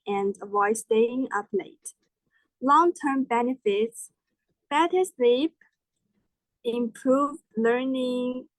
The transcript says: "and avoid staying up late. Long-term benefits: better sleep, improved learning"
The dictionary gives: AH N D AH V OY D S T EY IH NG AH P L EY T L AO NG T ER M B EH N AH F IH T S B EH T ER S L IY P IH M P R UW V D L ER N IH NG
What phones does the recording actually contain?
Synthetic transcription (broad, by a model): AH N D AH IH S T EY IH NG AH P L EY T L AO NG T ER M B EH N AH F IH T S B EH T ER S L IY P IH M P R UW V D L ER N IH NG